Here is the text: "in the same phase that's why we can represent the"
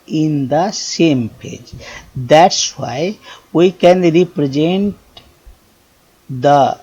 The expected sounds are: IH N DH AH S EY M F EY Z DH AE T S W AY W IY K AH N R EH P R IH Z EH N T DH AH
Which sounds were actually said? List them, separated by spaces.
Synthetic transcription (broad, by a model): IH N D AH S EY M P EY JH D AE T S W AY W IY K AH N R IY P R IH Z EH N T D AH